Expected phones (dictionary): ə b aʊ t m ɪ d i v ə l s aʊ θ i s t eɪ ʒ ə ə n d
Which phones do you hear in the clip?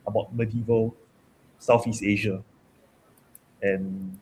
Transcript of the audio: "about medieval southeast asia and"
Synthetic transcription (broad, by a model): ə b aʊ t m ɪ d i v ə l s aʊ f i s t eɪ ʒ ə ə n